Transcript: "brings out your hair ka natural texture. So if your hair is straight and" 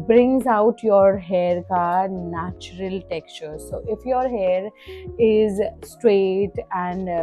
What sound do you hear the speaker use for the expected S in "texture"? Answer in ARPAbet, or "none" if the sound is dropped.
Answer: S